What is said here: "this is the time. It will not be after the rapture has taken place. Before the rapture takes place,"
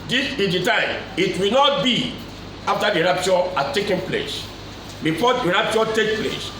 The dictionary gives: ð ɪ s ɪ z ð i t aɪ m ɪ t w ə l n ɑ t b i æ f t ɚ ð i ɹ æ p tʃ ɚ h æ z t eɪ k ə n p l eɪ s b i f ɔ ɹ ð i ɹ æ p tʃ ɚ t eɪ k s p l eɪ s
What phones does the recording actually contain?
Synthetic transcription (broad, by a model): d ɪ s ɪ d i t aɪ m ɪ t w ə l n ɑ t b i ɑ f t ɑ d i ɹ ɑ p tʃ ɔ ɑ t eɪ k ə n p l eɪ s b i f ɔ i ɹ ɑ p tʃ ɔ t eɪ k p l eɪ s